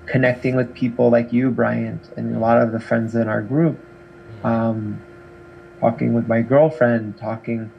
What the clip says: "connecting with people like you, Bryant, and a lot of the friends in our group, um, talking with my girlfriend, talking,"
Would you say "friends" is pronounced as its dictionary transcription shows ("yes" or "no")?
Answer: yes